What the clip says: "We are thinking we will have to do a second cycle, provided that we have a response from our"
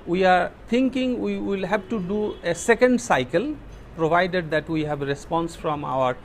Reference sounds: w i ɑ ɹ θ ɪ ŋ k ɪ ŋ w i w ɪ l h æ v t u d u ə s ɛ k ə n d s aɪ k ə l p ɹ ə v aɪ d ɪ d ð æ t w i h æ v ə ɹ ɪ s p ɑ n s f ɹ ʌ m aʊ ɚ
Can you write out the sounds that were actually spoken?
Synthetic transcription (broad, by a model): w i ɑ ɹ t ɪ ŋ k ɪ ŋ w i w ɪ l h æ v t u d u ə s ɛ k ə n d s aɪ k ə l p ɹ ə v aɪ d ɪ d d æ t w i h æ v ɹ ɪ s p ɑ n s f ɹ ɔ m aʊ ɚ